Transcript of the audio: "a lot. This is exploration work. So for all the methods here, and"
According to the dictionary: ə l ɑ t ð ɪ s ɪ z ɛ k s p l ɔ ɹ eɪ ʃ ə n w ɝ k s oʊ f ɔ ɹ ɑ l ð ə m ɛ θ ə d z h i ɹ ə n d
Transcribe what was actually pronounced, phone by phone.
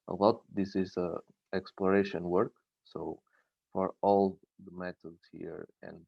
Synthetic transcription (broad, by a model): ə l ɑ t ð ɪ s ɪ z ɛ k s p l ɔ ɹ eɪ ʃ ə n w ɝ k s oʊ f ɔ ɹ ɑ l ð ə m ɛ t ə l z h i ɹ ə n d